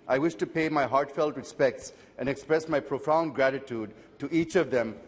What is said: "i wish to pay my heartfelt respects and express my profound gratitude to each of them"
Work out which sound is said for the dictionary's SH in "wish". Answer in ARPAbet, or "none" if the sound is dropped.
SH